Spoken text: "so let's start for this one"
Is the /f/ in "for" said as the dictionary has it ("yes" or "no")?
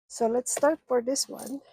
yes